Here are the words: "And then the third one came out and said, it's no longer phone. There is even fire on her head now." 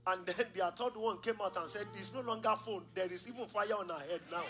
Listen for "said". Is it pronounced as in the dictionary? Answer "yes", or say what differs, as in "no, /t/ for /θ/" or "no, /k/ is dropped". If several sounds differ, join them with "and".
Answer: yes